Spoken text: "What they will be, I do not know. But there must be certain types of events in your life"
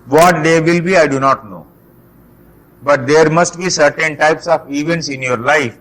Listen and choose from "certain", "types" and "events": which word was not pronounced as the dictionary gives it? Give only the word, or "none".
none